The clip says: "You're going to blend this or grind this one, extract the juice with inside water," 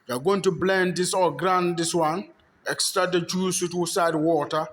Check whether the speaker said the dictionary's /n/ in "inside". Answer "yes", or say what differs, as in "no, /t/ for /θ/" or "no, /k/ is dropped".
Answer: no, /n/ is dropped